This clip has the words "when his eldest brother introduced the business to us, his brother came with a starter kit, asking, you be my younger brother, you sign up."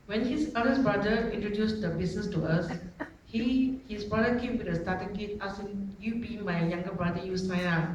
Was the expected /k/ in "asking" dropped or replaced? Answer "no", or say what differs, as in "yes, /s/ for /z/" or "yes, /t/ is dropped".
yes, /k/ is dropped